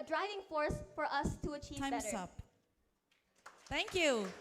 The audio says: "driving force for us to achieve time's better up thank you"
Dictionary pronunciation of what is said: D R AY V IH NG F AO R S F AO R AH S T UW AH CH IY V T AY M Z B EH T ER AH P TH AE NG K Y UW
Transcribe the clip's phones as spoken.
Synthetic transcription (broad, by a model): D R AY V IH NG F AO R S F AO R AH S T UW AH CH IY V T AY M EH S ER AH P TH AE NG K Y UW